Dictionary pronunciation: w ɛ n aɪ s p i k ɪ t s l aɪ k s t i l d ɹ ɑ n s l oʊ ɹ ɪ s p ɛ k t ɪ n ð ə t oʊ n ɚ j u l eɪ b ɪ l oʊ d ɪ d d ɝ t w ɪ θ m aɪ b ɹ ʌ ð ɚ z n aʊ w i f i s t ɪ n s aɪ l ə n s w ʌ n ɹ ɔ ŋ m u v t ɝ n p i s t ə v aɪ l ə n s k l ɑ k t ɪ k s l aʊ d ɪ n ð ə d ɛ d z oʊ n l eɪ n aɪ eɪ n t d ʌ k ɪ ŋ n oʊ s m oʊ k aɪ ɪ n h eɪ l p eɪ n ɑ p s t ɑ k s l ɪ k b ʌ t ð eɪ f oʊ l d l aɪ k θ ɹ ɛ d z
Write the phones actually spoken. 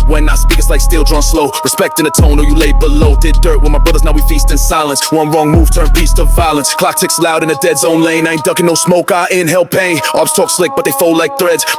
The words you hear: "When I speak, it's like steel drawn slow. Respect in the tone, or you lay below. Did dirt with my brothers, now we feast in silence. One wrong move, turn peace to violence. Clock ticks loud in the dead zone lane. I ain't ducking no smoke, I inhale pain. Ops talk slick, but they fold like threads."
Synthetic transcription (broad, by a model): w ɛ n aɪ s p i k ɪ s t l aɪ k s t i l d ɹ ɑ n s l oʊ ɹ ɪ s p ɛ k t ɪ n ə t oʊ n ɚ j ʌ l eɪ b ɪ l oʊ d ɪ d d ɝ t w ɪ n m aɪ b ɹ ʌ ð ɚ z n aʊ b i f i s t ɪ n s aɪ l ə n s w ʌ n ɹ ɔ ŋ m u v t ɝ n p i s t ə v aɪ l ə n s k l ɑ k t ɪ k s l aʊ d ɪ n ð ə d ɛ d z oʊ n l eɪ n aɪ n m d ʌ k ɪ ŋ n oʊ s m oʊ k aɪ ɪ n h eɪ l p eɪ ɑ b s t ɑ k s l ɪ k b ʌ t ð eɪ f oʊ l l aɪ k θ ɹ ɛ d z